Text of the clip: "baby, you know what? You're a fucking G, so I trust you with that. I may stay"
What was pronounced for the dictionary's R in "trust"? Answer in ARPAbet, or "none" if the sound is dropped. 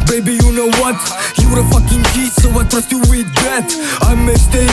none